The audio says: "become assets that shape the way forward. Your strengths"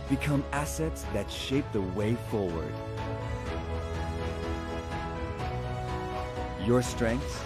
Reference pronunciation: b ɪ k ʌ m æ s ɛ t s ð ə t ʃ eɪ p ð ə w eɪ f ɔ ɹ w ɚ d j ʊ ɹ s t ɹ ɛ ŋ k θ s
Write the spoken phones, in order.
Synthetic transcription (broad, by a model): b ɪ k ʌ m æ s ɛ t s ð ə t ʃ eɪ p ð ə w eɪ f ɔ ɹ w ɚ d j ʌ ɹ s t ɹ ɛ ŋ k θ